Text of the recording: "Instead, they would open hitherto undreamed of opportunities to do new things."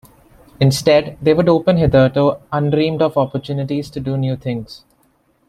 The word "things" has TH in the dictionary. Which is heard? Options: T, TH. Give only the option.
T